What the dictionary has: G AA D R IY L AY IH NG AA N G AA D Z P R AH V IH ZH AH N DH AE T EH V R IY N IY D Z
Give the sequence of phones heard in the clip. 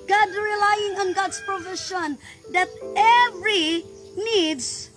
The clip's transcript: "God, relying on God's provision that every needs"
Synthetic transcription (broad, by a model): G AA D R IY L AY IH NG AA N G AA D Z P R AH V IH SH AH N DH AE T EH V R IY N IY D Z